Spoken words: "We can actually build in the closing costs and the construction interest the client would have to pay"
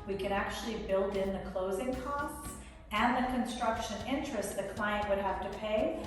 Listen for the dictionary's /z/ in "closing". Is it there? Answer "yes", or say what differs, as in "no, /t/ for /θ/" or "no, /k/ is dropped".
yes